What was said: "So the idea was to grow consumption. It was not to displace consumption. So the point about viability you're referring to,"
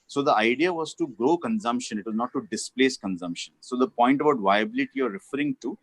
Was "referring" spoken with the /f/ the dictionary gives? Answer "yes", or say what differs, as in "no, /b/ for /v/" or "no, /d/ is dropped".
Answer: yes